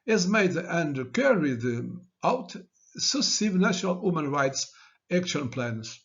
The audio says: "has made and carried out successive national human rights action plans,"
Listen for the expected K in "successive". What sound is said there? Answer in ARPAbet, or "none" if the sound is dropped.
none